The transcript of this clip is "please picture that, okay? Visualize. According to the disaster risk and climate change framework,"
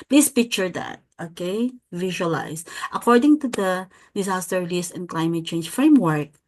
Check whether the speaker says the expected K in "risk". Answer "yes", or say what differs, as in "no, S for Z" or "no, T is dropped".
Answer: no, K is dropped